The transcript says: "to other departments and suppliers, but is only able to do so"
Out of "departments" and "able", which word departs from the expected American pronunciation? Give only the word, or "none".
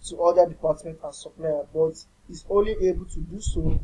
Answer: departments